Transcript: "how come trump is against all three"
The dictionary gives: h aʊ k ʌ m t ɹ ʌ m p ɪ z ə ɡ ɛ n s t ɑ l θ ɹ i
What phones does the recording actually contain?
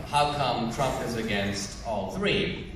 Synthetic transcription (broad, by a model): h aʊ k ʌ m t ɹ ʌ m p ɪ z ə ɡ ɛ n s t ɑ l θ ɹ i